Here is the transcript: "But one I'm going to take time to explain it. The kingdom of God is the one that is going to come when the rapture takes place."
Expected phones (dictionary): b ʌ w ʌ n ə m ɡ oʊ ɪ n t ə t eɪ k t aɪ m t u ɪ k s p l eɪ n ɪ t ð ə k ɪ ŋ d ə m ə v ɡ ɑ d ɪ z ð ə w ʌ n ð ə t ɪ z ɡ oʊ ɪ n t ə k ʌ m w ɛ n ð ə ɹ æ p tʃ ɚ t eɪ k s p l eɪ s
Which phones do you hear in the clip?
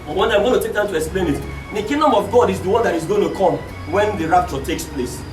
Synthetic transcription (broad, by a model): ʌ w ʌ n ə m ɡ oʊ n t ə t eɪ k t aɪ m t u ɪ k s p l eɪ n ɪ t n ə k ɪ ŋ d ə m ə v ɡ ɑ d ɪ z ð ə w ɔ n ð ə t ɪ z ɡ oʊ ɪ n t ə k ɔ m w ɛ n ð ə ɹ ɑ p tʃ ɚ t eɪ k s p l eɪ s